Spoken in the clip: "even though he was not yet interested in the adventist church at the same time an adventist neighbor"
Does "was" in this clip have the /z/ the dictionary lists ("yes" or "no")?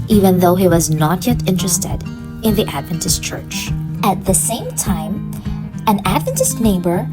yes